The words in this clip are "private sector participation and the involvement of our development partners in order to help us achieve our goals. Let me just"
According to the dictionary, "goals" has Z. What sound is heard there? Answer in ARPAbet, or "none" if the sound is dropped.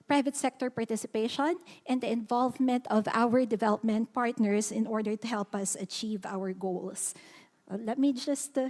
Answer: S